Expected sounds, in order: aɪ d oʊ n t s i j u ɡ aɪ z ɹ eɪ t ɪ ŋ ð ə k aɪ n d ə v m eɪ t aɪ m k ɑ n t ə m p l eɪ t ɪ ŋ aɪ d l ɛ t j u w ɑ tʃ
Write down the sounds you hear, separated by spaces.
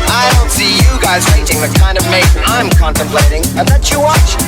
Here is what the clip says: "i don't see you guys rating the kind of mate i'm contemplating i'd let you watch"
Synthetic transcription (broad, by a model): aɪ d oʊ n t s i j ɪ ɡ aɪ z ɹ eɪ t ɪ ŋ ð ə k aɪ n d ə v m eɪ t aɪ m k ɑ n t ə m p l eɪ t ɪ ŋ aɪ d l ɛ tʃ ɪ w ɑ tʃ